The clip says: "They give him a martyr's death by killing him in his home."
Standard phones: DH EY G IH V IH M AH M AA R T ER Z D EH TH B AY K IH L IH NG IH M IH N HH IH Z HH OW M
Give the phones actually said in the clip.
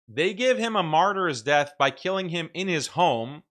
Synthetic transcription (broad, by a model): DH EY G IH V IH M AH M AA R T ER Z D EH TH B AY K IH L IH NG IH M IH N IH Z HH OW M